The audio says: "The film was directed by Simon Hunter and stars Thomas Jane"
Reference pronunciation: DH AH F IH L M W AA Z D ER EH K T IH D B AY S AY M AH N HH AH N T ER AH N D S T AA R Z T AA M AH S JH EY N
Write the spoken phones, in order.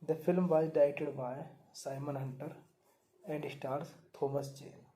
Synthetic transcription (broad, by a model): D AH F IH L M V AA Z D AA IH T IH D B AY S AY M AH N HH AH N T ER AH N D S T AA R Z T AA M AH S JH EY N